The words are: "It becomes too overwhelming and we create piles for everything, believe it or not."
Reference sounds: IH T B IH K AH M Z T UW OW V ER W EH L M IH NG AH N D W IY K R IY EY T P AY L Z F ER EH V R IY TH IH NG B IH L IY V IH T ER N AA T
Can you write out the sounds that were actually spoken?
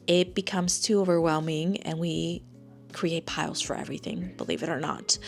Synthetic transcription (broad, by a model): IH T B IH K AH M Z T UW OW V ER W EH L M IH NG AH N W IY K R IY EY T P AY L Z F ER EH V R IY TH IH NG B IH L IY V IH T ER N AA T